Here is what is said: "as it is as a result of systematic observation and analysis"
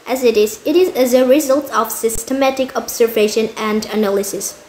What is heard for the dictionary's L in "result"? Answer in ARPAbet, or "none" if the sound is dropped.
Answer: L